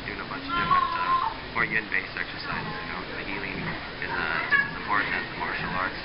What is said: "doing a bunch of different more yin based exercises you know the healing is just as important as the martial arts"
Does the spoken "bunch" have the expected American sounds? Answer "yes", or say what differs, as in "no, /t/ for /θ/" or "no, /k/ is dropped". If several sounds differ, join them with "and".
no, /n/ is dropped